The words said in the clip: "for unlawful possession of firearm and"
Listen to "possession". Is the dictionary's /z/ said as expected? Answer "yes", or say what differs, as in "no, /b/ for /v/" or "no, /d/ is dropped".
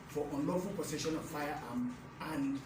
no, /s/ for /z/